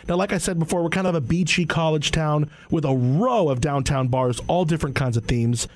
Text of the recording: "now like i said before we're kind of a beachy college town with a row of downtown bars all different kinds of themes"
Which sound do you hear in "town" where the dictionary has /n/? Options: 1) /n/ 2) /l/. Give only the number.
1